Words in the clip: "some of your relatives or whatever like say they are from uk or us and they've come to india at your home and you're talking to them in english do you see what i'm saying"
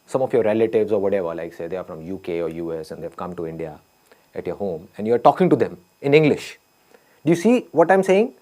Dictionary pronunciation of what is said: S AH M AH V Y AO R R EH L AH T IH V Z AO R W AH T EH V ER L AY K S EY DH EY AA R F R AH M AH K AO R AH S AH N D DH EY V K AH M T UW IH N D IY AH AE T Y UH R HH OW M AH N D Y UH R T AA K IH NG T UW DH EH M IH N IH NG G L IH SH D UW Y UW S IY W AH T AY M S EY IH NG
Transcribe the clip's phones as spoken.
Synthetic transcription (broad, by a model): S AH M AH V Y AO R R EH L AH T IH V Z AO R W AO T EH V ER L AY K S EY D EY AA R F R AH M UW K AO R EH S AH N D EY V K AH M T UW IH N D IY AH AE T Y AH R HH OW M AH N D Y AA R T AA K IH NG T UW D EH M IH N IH NG G L IH SH D UW Y UW S IY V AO T AY M S EY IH NG